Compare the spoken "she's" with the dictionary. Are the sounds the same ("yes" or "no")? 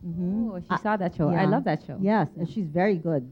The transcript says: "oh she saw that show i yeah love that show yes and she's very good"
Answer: yes